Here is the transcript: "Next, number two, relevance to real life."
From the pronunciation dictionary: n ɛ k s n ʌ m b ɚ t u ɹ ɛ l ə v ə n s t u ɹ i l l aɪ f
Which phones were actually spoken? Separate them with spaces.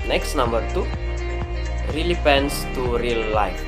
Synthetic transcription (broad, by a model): n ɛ k s n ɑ m b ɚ t u ɹ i l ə p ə n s t u ɹ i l l aɪ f